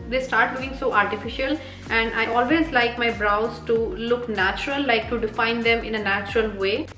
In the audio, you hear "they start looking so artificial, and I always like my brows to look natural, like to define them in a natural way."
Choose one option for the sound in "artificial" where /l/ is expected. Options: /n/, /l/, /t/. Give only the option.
/l/